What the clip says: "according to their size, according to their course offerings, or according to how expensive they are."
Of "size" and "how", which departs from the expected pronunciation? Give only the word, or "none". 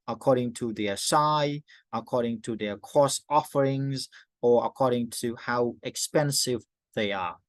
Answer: size